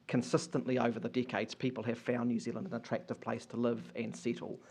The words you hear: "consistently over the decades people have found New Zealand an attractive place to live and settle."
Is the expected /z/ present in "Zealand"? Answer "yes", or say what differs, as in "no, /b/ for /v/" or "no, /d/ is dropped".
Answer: yes